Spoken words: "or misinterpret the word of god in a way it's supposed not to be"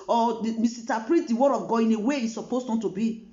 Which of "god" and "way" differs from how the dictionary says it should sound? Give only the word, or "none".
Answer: god